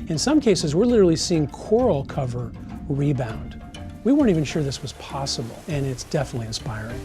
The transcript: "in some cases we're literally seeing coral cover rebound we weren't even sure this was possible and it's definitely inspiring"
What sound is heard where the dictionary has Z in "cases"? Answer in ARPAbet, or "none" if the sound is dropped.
Z